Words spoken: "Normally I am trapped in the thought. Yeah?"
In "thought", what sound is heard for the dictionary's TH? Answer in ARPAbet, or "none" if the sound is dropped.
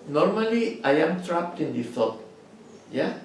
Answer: F